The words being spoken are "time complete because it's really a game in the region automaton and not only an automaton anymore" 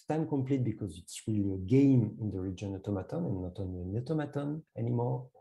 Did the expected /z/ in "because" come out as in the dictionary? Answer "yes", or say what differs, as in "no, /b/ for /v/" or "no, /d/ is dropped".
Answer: yes